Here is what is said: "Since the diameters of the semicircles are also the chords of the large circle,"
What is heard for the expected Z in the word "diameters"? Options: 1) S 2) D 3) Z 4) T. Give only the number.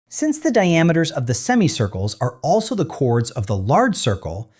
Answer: 3